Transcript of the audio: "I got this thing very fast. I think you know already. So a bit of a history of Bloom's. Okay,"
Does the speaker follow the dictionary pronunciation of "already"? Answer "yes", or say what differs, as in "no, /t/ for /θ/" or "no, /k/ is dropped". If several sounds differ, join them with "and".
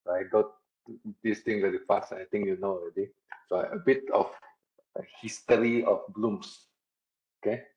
no, /ɹ/ is dropped